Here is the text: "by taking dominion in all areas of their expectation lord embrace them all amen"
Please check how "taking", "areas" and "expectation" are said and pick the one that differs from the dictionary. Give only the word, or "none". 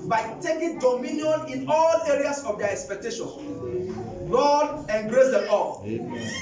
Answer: areas